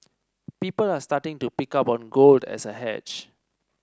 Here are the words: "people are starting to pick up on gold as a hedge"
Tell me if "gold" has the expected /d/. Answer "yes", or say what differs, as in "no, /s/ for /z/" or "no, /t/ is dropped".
yes